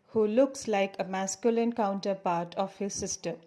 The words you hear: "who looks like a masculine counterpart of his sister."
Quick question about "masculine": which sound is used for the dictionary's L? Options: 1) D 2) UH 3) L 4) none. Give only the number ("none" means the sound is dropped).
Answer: 3